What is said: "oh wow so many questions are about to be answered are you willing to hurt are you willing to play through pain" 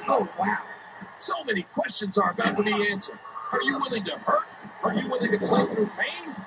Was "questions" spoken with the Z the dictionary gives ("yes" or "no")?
yes